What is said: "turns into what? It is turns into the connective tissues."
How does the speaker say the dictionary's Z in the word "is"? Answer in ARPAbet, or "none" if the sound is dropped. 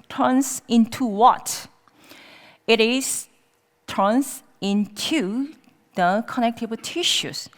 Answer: S